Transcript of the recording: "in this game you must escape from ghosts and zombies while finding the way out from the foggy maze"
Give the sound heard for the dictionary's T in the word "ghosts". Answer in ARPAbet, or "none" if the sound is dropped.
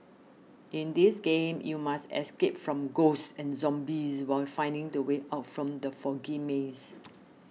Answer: S